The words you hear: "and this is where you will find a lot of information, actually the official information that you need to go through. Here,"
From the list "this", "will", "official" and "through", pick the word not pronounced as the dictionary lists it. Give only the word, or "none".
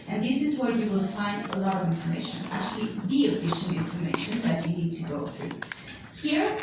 official